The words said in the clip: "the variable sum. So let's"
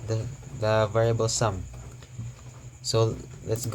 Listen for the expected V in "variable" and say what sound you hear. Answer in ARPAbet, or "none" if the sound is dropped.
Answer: V